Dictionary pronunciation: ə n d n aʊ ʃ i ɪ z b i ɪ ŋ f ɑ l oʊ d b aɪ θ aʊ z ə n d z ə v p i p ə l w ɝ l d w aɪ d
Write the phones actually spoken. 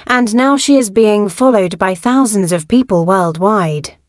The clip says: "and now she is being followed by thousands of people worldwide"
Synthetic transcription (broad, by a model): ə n n aʊ ʃ i ɪ z b i ɪ ŋ f ɑ l oʊ d b aɪ θ aʊ z ə n d z ə v p i p ə l w ɝ l d w aɪ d